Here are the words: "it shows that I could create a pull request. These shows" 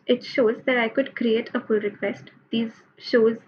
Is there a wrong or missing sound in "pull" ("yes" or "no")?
yes